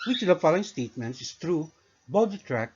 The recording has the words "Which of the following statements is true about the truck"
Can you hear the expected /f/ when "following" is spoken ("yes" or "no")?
yes